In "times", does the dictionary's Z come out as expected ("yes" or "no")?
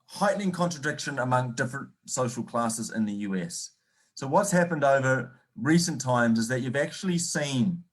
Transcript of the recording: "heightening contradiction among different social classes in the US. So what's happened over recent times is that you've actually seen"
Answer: yes